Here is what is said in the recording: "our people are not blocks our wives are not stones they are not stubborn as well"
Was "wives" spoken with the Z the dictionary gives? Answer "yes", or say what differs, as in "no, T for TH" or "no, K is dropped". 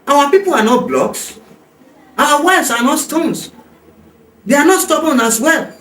no, S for Z